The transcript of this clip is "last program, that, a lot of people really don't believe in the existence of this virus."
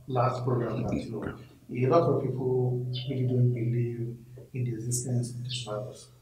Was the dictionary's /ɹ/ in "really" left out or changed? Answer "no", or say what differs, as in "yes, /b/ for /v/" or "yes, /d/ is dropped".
yes, /w/ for /ɹ/